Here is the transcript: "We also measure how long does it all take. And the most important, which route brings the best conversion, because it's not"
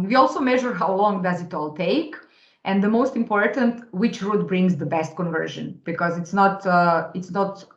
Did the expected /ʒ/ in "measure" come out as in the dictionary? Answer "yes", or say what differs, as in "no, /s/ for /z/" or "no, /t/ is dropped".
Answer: yes